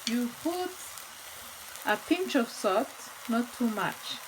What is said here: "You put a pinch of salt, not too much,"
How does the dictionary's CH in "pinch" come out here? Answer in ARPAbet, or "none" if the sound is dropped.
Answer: CH